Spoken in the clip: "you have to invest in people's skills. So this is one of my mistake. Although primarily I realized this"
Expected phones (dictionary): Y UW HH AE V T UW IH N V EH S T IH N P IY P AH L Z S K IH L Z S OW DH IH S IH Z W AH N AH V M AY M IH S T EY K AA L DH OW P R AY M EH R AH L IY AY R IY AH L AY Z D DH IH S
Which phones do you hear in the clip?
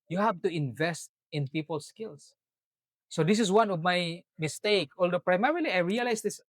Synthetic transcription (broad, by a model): Y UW HH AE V T UW IH N V EH S T IH N P IY P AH L S K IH L S OW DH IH S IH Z W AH N AH V M AY M IH S T EY K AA L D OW P R AY M EH R AH L IY AY R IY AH L AY S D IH S